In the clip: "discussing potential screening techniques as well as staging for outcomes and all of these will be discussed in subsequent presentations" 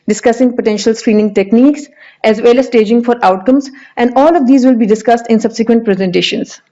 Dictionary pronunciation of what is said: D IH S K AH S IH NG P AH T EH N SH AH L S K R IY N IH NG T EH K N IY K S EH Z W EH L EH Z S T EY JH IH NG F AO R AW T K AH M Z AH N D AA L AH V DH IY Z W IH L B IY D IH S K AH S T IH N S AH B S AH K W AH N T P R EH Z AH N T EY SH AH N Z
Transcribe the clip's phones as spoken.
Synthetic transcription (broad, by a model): D IH S K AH S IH NG P AH T EH N SH AH L S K R IY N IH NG T EH K N IY K S EH Z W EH L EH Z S T EY JH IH NG F AO R AW T K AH M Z AH N D AA L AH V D IY Z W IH L B IY D IH S K AH S T IH N S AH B S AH K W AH N T P R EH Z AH N T EY SH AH N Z